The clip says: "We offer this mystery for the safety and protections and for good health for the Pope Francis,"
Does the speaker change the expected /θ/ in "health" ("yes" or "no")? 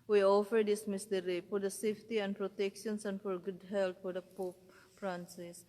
yes